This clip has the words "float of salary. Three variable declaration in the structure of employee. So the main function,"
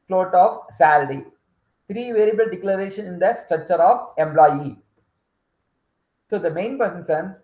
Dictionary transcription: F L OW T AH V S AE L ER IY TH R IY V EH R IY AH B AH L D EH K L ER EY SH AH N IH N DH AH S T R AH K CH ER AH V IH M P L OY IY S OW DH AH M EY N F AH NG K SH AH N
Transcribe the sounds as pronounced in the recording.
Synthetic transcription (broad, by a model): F L OW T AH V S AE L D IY T R IY V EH R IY B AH L D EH K L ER EY SH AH N IH N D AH S T R AH K CH ER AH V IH M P L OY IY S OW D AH M EY N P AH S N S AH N